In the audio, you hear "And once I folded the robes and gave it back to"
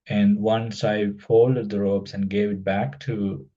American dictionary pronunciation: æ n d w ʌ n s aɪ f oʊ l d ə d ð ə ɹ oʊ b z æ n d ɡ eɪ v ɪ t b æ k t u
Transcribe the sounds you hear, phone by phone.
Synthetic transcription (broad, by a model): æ n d w ʌ n s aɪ f oʊ l d ə d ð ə ɹ oʊ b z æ n ɡ eɪ v ɪ t b æ k t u